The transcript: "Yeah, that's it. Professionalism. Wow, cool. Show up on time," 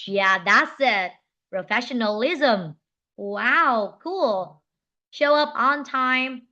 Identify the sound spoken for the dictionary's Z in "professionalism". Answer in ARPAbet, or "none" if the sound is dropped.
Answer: Z